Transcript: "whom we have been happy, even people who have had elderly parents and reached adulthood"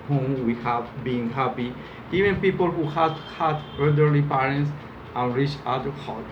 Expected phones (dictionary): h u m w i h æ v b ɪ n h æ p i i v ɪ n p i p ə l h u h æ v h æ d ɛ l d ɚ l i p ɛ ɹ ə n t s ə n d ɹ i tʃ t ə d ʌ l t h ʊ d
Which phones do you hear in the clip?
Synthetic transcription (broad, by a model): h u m w i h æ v b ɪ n h æ p i i v ɪ n p i p ə l h u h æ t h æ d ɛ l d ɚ l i p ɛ ɹ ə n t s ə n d ɹ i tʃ ə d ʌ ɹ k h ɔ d